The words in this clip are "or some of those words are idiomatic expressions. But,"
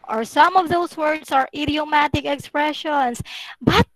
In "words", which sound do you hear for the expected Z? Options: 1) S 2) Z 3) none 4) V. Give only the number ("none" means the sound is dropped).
1